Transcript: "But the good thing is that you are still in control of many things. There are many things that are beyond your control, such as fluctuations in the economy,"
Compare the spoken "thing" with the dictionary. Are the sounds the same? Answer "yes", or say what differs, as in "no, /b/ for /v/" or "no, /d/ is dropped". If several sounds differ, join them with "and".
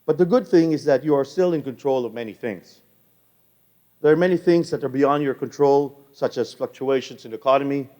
yes